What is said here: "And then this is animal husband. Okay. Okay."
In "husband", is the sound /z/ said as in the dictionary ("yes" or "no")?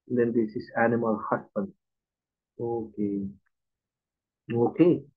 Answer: no